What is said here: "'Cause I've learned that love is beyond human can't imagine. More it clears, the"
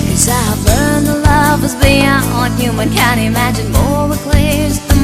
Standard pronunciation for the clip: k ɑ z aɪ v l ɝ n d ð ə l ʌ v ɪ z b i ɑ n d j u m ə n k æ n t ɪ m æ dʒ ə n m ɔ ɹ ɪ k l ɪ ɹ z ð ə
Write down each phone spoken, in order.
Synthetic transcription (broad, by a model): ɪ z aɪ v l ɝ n ð ə l ʌ v ɪ z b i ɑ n j u m ə n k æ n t ɪ m æ dʒ ə n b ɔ w ɪ k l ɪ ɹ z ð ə